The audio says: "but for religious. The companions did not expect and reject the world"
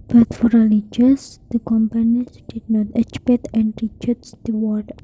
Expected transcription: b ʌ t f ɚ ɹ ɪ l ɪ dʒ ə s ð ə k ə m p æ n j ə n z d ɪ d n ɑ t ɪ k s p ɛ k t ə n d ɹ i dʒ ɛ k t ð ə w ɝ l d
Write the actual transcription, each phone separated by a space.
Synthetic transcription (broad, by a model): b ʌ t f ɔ ɹ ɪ l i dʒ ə s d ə k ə m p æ n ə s d ɪ d n ɑ t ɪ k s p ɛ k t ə n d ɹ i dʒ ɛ t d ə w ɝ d